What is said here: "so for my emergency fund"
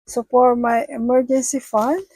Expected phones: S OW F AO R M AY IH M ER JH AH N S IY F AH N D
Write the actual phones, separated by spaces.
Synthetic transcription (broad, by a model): S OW P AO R M AY IH M ER JH AH N S IY F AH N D